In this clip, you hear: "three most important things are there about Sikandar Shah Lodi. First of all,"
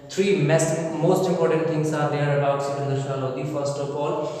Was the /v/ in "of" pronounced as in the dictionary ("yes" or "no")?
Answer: no